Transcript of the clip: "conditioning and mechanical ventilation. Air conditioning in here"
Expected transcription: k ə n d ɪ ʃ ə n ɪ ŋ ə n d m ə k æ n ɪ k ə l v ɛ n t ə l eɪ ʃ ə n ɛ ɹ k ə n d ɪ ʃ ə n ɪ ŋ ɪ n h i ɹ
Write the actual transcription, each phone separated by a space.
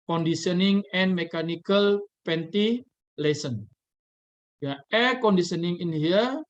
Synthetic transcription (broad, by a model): k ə n d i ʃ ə n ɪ ŋ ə n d m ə k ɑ n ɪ k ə l p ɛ n t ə l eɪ s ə n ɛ k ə n d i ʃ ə n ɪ ŋ ɪ n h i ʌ